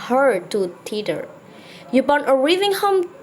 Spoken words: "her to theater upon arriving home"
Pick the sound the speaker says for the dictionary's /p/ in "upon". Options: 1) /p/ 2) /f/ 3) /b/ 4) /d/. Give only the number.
3